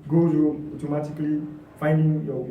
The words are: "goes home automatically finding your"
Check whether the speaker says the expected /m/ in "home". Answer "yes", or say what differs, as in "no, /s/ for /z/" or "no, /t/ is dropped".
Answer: no, /m/ is dropped